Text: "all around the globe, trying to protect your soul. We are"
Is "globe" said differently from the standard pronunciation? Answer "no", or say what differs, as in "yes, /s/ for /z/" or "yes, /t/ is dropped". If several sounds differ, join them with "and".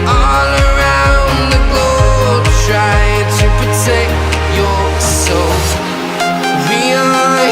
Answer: yes, /l/ is dropped